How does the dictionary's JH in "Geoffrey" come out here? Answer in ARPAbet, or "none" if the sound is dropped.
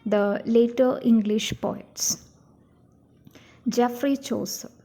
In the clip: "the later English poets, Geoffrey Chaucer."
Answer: JH